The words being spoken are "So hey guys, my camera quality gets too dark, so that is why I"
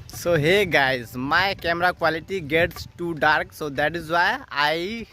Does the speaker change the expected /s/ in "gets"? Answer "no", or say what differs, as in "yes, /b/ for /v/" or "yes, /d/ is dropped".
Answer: no